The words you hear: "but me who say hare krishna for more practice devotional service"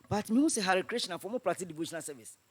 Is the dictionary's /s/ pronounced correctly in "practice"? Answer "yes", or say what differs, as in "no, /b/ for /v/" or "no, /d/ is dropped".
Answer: no, /s/ is dropped